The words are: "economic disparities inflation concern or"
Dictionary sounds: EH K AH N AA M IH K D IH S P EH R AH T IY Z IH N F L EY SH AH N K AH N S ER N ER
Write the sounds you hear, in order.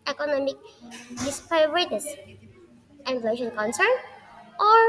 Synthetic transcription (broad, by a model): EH K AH N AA M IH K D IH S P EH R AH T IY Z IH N L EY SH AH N K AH N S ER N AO